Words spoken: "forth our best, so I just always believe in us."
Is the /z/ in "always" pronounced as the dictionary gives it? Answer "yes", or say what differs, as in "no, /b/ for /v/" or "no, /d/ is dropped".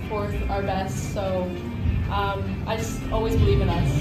yes